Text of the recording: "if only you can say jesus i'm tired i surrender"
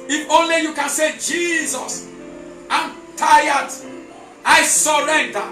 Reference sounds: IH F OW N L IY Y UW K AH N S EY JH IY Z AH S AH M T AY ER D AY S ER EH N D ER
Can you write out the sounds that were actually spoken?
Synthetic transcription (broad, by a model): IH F OW N L IY Y UW K AH N S EY JH IY Z AH S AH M T AY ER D AY S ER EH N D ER